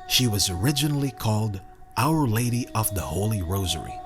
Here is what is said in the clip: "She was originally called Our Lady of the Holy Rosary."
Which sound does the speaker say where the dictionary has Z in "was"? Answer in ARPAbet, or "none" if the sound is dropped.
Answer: Z